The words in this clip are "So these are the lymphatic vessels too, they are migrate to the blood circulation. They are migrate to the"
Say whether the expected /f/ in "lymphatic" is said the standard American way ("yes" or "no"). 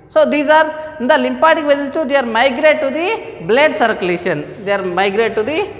no